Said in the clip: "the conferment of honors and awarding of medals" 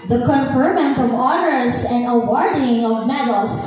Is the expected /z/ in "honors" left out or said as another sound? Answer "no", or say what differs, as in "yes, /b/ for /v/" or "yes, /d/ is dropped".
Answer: yes, /s/ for /z/